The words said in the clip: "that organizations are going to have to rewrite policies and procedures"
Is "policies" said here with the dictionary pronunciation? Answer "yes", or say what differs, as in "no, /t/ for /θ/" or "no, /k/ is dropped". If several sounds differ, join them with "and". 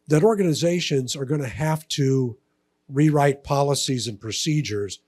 yes